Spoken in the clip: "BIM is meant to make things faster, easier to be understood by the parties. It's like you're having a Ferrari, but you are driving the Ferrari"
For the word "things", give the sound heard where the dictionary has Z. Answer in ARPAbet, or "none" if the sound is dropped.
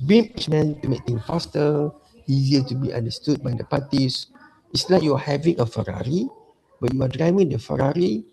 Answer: none